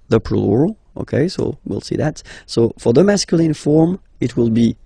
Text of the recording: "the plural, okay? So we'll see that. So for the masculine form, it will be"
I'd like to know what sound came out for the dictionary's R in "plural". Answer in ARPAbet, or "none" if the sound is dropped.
L